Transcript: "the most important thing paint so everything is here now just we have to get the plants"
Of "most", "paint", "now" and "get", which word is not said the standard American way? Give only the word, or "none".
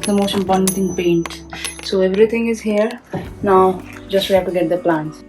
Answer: most